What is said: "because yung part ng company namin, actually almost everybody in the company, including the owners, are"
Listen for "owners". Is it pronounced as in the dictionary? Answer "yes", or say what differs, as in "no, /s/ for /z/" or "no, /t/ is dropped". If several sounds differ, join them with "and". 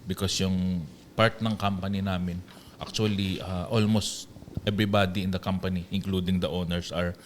no, /s/ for /z/